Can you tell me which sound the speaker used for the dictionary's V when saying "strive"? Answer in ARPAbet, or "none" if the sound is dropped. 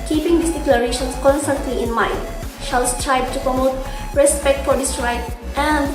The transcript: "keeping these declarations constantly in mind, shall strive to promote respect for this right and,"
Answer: B